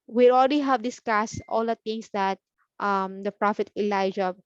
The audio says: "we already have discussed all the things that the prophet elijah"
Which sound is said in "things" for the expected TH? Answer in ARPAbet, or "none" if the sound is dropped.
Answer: T